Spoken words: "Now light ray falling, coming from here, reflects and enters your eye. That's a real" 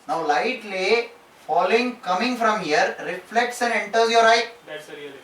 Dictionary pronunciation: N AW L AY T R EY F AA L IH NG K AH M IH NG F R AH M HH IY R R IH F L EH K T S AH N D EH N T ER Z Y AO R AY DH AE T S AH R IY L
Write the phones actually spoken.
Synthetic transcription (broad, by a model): N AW L AY T L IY F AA L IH NG K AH M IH NG F R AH M HH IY R R IH F L EH K T S AH N D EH N T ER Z Y AO R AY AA AH